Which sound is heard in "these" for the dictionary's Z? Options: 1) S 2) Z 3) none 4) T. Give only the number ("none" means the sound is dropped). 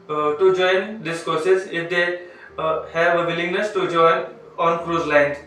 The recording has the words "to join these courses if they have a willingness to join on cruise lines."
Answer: 1